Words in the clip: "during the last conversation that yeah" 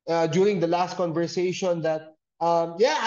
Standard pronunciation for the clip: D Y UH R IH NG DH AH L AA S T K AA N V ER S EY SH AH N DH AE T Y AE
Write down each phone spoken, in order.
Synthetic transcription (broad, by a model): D Y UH R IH NG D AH L AA S T K AA N V ER S EY SH AH N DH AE T Y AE